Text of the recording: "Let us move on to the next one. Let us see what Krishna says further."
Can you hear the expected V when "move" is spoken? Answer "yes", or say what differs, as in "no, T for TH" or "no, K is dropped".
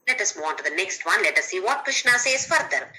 no, V is dropped